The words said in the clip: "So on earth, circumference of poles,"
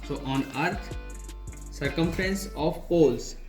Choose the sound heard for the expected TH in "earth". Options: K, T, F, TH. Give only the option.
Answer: T